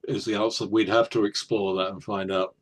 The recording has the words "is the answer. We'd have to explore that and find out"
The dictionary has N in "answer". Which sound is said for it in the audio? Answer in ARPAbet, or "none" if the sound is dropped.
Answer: none